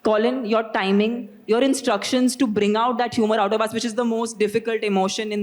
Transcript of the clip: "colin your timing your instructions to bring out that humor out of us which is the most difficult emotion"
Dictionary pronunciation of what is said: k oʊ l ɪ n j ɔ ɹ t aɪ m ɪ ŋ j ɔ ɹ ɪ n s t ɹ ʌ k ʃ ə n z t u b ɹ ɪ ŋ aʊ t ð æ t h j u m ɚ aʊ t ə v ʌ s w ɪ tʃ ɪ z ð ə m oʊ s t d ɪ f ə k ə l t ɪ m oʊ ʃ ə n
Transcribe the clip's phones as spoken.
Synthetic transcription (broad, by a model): k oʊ l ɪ n j ɔ ɹ t aɪ m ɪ ŋ j ɔ ɹ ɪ n s t ɹ ʌ k ʃ ə n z t u b ɹ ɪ ŋ aʊ t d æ t h j u m ɚ aʊ t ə b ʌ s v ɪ tʃ ɪ z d ə m oʊ s t d ɪ f ə k ə l t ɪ m oʊ ʃ ə n